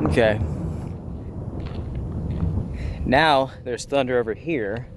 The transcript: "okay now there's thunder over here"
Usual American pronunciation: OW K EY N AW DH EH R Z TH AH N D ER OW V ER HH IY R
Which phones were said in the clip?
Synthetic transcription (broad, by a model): OW K EY N AW DH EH R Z TH AH N D ER OW V ER HH IY R